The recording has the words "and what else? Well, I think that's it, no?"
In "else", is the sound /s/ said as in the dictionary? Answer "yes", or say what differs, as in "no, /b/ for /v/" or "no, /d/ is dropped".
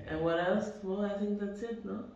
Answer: yes